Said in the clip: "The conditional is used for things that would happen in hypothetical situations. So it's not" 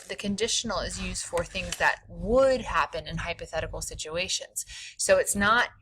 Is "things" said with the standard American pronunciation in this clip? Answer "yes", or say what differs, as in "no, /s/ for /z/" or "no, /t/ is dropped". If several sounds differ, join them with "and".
yes